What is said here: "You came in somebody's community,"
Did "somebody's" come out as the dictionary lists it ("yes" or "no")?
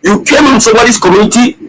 no